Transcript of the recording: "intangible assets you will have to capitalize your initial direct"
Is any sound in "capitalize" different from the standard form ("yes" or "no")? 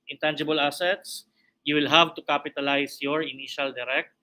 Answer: yes